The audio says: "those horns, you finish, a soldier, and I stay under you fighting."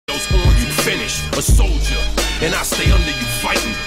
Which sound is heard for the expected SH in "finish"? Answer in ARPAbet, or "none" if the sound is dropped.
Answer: SH